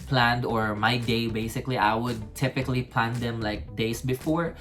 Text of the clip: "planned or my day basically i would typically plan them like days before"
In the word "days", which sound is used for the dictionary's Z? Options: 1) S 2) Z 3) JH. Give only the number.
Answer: 1